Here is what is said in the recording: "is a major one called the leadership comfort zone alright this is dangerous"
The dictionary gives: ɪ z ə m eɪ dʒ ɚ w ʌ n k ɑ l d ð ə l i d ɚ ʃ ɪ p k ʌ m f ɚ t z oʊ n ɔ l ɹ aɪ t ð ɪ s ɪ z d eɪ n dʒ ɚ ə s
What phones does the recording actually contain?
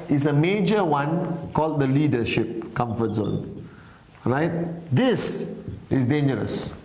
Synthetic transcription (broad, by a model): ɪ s ə m eɪ dʒ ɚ w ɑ n k ɑ l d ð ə l i d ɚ ʃ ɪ p k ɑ m f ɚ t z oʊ n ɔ ɹ aɪ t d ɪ s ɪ s d eɪ n dʒ ɚ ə s